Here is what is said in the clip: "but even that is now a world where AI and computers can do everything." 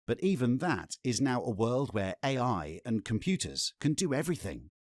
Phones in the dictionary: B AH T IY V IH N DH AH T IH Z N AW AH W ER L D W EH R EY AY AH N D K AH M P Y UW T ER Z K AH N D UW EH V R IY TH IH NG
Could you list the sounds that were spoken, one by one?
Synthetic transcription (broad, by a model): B AH T IY V IH N DH AH T IH Z N AW AH W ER L D W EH R EY AY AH N K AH M P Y UW T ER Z K AH N D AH EH V R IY TH IH NG